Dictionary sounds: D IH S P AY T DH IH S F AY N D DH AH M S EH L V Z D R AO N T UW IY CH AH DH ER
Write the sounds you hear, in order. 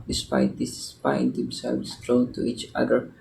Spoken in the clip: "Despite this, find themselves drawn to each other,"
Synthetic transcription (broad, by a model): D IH S P AY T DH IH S P AY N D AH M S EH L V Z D R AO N T UW IY CH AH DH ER